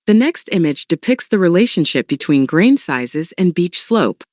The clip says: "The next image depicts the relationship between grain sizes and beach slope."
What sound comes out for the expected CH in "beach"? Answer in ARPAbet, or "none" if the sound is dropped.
CH